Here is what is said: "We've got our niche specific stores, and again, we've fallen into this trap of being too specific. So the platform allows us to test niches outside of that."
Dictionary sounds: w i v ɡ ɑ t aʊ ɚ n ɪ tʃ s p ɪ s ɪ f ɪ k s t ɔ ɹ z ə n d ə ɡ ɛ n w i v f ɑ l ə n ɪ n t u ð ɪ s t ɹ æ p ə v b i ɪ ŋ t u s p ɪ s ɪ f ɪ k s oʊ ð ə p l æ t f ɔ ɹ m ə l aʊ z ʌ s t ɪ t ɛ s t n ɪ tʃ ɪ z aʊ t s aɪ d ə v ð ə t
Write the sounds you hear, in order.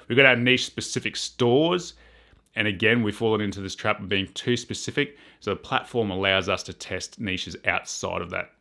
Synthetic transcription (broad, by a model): w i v ɡ ɑ t aʊ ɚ n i ʃ s p ɪ s ɪ f ɪ k s t ɔ ɹ z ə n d ə ɡ ɛ n w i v f ɑ l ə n ɪ n t u ð ɪ s t ɹ æ p ə v b i ɪ ŋ t u s p ɪ s ɪ f ɪ k s oʊ ð ə p l æ t f ɔ ɹ m ə l aʊ z ʌ s t ɪ t ɛ s t n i ʃ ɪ z aʊ t s aɪ d ə v ð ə t